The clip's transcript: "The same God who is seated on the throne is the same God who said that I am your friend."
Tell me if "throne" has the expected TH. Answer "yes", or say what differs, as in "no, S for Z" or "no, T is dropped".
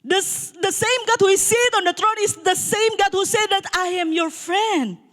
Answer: no, T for TH